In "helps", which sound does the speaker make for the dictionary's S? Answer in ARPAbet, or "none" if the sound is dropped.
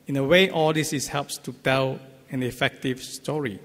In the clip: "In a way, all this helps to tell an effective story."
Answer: S